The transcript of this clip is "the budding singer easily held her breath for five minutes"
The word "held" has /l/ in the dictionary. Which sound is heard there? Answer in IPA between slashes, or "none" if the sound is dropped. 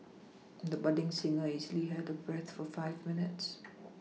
none